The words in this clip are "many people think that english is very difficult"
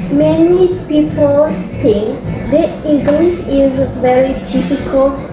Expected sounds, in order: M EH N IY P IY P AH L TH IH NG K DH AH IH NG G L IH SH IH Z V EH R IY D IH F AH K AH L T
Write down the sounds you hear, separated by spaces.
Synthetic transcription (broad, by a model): M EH N IY P IY P AH L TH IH NG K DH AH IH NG G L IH S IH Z V EH R IY D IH F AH K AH L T